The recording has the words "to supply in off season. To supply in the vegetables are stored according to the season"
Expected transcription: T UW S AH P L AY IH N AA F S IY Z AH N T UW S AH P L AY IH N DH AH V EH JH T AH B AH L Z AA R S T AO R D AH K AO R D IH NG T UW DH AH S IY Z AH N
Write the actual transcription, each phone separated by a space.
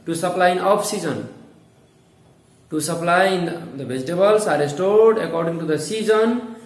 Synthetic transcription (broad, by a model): T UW S AH P L AY IH N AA P S IY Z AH N T UW S AH P L AY IH N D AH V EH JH T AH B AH L S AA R S T AO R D AH K AO R D IH NG T UW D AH S IY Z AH N